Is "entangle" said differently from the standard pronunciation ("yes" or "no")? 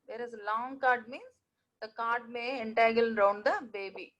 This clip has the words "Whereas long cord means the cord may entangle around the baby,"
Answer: yes